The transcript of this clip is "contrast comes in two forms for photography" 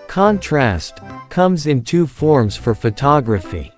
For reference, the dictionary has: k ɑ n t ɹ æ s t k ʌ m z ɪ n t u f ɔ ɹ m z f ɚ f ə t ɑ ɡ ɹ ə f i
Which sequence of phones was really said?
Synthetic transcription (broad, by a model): k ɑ n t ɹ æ s t k ʌ m z ɪ n t u f ɔ ɹ m z f ɚ f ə t ɑ ɡ ɹ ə f i